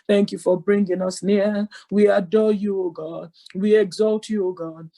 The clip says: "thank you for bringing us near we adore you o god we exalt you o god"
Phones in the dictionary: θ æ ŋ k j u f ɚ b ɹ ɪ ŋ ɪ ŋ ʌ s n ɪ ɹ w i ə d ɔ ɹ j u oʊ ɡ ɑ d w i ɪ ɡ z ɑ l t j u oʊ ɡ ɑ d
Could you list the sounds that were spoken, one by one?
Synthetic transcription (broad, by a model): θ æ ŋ k j u f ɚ b ɹ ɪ ŋ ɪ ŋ ʌ s n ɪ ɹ w i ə d ɔ j u oʊ ɡ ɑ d w i ɪ ɡ z ɑ l t j u oʊ ɡ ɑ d